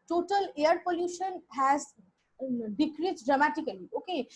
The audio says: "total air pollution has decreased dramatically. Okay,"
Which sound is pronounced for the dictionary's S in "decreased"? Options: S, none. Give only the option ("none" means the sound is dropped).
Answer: none